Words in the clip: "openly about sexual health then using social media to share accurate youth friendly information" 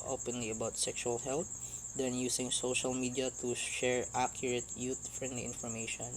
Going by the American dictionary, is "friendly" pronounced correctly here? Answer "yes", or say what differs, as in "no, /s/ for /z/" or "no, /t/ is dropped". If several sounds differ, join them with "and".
yes